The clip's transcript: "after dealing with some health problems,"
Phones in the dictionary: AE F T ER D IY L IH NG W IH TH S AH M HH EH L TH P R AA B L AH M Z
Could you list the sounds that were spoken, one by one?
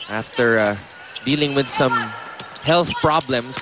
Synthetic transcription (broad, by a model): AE F T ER D IY L IH NG W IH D S AH M HH EH L TH P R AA B L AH M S